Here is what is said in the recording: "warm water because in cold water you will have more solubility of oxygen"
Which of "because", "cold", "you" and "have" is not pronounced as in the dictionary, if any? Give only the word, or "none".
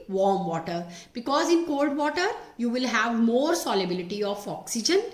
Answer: none